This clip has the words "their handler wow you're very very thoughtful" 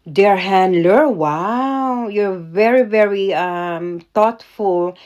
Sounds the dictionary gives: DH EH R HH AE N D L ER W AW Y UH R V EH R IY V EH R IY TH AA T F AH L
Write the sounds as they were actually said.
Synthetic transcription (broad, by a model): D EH R HH AE N D L ER W AW Y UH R V EH R IY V EH R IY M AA T F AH L